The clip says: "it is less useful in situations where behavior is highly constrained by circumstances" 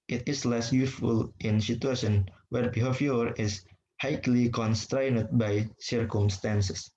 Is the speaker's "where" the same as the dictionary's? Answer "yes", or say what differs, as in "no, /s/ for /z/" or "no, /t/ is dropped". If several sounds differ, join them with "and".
yes